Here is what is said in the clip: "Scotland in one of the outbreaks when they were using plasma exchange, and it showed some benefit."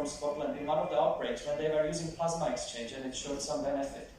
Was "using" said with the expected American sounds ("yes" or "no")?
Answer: yes